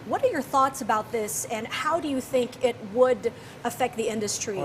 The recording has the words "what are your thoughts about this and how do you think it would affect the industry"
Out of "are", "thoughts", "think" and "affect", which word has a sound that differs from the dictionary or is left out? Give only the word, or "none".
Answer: none